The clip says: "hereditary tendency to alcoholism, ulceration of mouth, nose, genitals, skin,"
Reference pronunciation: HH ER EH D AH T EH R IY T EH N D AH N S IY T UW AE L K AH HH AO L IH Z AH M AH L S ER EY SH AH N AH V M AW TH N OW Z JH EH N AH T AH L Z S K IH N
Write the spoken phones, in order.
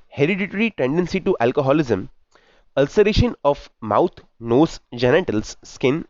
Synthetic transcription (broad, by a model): HH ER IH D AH T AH R IY T EH N D AH N S IY T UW AE L K AH HH AO L IH Z AH M AH L S ER EY SH AH N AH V M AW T N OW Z JH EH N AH T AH L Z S K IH N